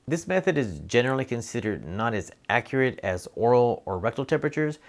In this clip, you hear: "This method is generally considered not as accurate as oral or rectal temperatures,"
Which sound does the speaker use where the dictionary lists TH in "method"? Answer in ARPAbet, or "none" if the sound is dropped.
TH